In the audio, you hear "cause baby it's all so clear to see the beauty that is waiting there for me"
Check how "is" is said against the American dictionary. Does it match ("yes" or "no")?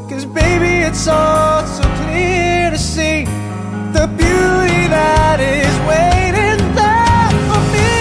yes